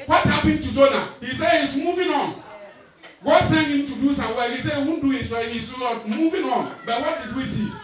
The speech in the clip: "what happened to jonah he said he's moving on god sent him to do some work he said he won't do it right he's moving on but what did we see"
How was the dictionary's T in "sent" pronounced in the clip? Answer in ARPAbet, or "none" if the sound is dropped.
none